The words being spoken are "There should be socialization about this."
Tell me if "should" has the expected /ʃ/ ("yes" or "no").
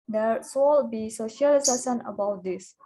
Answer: no